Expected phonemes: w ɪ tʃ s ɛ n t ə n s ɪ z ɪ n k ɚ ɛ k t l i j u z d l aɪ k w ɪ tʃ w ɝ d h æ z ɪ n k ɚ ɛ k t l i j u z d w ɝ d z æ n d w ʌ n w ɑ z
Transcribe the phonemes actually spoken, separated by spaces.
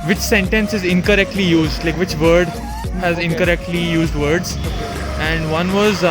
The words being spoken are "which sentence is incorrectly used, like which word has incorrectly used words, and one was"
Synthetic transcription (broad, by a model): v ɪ tʃ s ɛ n t ə n s ɪ z ɪ n k ɚ ɛ k t l i j u z d l aɪ k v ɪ tʃ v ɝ d h æ z ɪ n k ɚ ɛ k t l i j u z d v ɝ d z æ n d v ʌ n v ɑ z